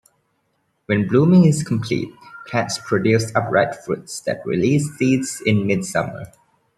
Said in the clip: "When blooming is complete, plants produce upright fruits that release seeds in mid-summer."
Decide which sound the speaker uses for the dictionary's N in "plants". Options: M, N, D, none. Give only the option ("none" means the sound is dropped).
none